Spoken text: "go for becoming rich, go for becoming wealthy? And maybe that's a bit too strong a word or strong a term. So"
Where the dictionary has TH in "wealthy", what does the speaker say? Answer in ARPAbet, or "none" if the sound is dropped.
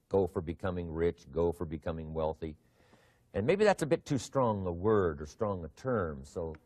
TH